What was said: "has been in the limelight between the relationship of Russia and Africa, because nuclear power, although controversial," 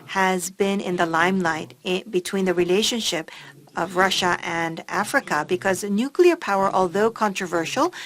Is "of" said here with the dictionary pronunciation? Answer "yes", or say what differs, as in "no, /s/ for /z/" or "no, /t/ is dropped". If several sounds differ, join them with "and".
yes